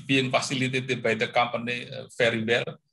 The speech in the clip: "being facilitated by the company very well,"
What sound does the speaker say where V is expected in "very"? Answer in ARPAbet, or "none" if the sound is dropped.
F